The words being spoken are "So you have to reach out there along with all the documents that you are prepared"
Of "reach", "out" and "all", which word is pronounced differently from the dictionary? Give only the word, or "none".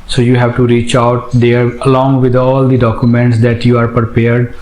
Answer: none